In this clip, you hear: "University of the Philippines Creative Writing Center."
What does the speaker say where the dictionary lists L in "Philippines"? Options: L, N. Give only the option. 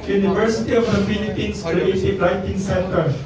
N